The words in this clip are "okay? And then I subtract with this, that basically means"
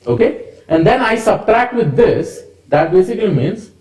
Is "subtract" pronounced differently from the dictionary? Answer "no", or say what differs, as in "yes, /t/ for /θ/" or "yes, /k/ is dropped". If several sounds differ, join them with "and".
no